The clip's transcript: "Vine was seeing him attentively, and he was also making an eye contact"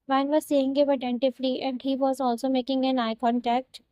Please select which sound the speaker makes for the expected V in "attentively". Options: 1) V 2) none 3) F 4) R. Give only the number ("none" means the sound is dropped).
3